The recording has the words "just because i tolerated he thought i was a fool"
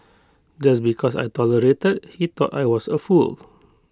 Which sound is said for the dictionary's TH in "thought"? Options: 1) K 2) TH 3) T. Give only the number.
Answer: 3